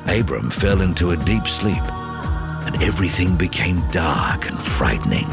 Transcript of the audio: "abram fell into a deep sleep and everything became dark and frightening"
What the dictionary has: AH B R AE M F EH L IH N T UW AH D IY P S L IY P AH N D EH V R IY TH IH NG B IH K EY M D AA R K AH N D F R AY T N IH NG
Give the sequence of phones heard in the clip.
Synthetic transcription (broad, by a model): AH B R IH M F EH L IH N T UW AH D IY P S L IY P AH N EH V R IY TH IH NG B IH K EY M D AA R K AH N F R AY T N IH NG